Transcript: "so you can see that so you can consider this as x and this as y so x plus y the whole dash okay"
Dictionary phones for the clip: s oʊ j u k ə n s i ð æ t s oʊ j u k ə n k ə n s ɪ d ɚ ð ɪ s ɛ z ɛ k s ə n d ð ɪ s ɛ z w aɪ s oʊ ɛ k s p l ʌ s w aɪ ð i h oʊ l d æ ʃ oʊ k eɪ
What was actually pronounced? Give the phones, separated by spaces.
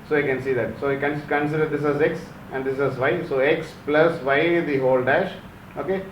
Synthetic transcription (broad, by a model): s oʊ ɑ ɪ k ə n s i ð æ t s oʊ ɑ k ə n k ə n s ɪ d ɚ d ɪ s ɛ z ɛ k s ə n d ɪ s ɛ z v aɪ s oʊ ɛ k s p l ʌ s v aɪ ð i h oʊ l d æ ʃ oʊ k eɪ